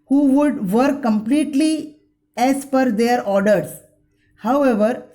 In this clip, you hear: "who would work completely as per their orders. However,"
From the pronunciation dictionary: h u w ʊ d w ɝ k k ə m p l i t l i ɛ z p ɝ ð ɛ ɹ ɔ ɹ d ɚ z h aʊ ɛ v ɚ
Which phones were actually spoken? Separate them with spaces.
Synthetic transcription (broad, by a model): h u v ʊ d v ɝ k k ə m p l i t l i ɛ s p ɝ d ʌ ɹ ɔ ɹ d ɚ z h aʊ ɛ v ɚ